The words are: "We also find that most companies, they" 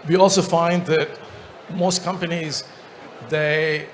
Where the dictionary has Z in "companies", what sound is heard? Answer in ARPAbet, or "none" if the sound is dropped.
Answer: Z